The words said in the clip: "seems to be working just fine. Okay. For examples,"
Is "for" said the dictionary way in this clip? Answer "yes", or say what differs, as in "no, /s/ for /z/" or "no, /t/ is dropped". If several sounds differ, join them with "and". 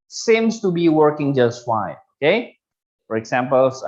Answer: yes